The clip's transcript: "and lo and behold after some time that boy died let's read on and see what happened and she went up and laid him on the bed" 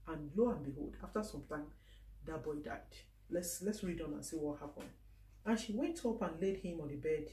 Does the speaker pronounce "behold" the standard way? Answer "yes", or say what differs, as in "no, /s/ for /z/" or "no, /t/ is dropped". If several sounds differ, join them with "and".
yes